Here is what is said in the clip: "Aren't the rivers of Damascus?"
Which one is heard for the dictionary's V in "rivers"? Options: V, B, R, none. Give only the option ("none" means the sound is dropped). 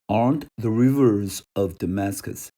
V